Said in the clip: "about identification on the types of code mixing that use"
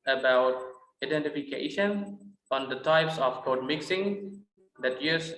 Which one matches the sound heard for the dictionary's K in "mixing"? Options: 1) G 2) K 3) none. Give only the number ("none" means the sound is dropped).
2